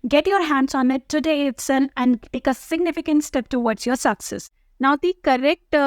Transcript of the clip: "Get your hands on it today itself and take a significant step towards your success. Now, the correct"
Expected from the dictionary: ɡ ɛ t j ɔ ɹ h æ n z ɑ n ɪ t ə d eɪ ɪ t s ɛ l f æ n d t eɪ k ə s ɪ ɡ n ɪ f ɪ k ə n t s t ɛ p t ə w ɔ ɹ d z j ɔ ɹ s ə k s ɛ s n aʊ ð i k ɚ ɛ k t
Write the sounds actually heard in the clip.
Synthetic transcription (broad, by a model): ɡ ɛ t j ɔ ɹ h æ n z ɑ n ɪ t ə d eɪ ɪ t s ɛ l æ n d t eɪ k ə s ɪ ɡ n ɪ f ɪ k ə n t s t ɛ p t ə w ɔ ɹ d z j ɔ ɹ s ə k s ɛ s n aʊ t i k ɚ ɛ k t